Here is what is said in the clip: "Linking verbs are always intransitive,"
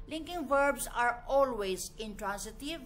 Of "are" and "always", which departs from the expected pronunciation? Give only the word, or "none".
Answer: none